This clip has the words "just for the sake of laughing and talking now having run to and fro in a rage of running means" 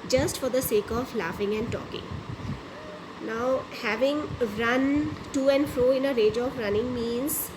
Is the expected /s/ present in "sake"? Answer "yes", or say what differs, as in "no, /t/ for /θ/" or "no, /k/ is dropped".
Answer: yes